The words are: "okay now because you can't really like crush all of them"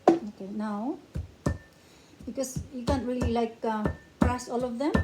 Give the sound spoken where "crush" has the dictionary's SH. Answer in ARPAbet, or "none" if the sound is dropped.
S